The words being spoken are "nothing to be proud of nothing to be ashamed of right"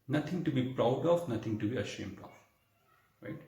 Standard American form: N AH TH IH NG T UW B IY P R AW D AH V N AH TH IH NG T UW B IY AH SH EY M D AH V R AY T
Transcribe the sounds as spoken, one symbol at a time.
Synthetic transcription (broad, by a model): N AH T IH NG T UW B IY P R AW D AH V N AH T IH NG T UW B IY AH SH EY M D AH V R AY T